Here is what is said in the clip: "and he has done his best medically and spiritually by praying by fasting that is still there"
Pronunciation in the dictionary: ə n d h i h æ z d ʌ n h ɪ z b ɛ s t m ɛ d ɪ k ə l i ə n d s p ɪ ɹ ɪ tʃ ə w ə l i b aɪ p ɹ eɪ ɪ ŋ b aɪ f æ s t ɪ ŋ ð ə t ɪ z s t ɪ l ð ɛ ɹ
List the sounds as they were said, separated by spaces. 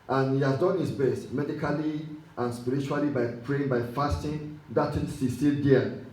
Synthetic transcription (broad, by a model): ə n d h i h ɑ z d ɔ n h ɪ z b ɛ s t m ɛ d ɪ k ə l i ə n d s p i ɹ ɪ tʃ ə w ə l i b aɪ p ɹ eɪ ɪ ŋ b aɪ f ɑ s t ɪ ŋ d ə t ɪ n s s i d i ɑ